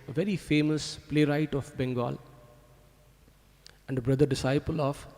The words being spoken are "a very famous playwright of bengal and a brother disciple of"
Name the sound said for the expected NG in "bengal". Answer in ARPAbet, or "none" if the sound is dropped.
NG